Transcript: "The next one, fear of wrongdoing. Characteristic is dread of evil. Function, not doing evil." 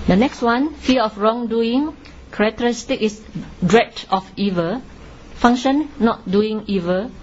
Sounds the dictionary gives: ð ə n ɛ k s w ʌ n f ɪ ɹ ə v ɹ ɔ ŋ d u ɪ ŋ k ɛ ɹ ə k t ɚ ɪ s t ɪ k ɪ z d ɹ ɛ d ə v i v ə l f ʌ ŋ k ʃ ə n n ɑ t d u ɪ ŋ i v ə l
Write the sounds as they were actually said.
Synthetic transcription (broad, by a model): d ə n ɛ k s w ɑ n f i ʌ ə f ɹ ɔ ŋ d u ɪ ŋ k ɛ ɹ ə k t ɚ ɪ s t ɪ k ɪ s d ɹ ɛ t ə f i v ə f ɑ ŋ ʃ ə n n ɑ t d u ɪ ŋ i v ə